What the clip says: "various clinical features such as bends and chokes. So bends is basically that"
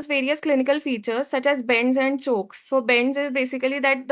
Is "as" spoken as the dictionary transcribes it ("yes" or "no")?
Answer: yes